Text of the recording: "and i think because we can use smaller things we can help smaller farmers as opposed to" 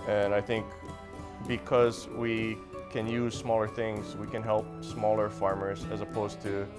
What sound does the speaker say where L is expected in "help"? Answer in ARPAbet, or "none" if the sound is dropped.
L